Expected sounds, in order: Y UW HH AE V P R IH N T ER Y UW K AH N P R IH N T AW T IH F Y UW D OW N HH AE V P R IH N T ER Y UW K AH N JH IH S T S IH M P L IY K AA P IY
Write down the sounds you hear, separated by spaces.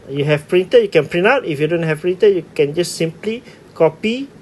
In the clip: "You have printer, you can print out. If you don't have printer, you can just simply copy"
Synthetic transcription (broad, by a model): Y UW HH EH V P R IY N T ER Y UW K AH N P R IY N AW T IH F Y UW D OW N HH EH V P R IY N T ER Y UW K AH N JH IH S S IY M P L IY K AA P IY